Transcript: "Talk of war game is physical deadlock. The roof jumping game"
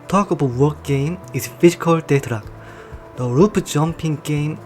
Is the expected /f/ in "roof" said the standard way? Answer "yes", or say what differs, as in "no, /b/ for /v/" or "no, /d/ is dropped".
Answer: no, /p/ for /f/